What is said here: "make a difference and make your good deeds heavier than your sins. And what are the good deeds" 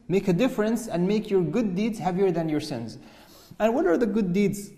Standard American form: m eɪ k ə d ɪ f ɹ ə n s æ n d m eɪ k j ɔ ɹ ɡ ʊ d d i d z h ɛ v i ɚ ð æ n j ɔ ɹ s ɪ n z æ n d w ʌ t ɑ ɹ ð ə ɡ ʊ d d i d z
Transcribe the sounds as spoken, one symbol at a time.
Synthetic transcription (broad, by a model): m eɪ k ə d ɪ f ɹ ə n s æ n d m eɪ k j ɔ ɹ ɡ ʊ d d i d z h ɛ v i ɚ ð æ n j ɔ ɹ s ɪ n z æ n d w ʌ t ɑ ɹ ð ə ɡ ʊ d d i d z